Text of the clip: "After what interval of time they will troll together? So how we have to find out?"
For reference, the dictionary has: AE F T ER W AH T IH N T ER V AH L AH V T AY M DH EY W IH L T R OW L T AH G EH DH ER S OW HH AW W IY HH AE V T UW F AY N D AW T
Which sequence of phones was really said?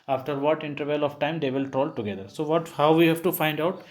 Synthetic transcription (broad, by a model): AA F T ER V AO T IH N T ER V AH L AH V T AY M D EY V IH L T R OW L T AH G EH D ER S OW HH AW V IY HH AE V T UW F AY N D AW T